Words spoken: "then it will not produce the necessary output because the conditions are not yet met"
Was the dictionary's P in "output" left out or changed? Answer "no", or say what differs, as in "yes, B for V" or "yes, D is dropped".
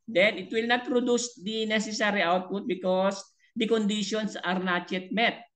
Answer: no